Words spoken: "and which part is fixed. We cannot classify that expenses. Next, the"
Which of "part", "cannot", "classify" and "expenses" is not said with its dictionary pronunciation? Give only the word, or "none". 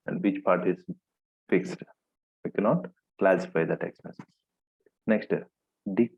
expenses